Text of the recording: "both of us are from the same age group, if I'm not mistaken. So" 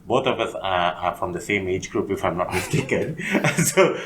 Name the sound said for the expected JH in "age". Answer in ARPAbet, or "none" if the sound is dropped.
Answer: JH